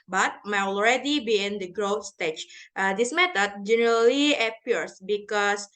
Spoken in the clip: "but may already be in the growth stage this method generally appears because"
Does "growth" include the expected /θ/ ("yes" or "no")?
no